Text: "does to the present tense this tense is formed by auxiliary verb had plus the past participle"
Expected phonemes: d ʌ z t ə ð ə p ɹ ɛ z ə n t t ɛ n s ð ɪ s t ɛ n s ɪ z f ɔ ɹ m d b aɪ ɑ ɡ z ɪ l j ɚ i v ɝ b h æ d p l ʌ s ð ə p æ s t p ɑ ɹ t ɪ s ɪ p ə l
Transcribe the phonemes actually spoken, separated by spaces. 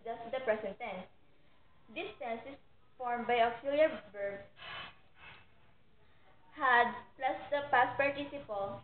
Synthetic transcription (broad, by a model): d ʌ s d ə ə p ɹ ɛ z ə n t t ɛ n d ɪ s t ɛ n s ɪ s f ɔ ɹ m b aɪ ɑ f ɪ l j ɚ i b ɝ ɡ h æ d p l ʌ s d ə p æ s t p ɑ ɹ t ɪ s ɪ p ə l